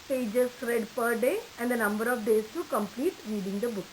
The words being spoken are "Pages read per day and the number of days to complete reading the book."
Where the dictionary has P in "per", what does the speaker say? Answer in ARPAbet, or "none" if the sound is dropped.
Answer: P